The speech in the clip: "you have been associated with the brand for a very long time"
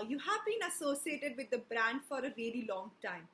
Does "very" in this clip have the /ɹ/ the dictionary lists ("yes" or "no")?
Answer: no